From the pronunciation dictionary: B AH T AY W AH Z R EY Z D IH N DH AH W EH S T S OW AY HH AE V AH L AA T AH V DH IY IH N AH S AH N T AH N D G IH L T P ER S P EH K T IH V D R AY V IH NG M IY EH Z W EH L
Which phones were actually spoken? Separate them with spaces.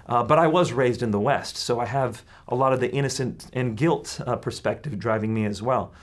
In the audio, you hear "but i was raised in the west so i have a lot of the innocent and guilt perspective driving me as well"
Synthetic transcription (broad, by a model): B AH T AY W AH Z R EY Z D IH N DH AH W EH S T S OW AY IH V AH L AA T AH V DH IY IH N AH S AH N T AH N G IH L T P ER S P EH K T IH V D R AY V IH NG M IY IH Z W EH L